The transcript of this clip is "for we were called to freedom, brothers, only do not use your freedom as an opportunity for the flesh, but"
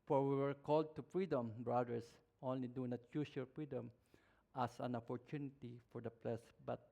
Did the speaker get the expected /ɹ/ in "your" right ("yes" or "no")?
no